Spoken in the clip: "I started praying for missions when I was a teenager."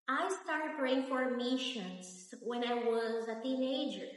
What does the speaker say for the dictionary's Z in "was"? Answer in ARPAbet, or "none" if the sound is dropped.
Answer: Z